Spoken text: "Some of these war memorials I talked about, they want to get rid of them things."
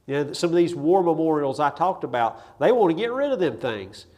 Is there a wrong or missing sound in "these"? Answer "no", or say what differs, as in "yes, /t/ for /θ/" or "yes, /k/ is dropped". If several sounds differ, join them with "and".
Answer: no